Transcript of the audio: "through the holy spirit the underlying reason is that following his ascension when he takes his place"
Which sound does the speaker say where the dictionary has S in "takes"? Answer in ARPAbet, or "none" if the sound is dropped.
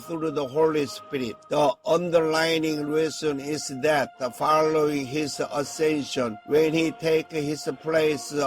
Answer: none